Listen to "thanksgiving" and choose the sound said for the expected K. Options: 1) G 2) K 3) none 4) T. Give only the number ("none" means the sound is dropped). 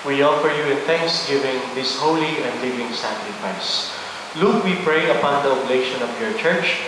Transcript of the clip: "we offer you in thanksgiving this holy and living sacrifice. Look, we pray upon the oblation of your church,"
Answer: 2